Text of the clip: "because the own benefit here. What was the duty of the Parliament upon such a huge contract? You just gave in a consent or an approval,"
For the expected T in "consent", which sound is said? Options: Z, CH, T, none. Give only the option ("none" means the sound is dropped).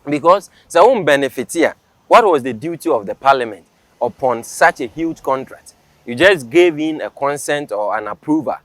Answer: T